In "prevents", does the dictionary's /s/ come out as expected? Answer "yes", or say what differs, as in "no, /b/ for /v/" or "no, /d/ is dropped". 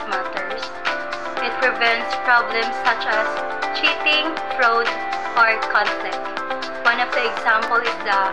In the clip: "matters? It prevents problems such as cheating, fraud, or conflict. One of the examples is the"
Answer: yes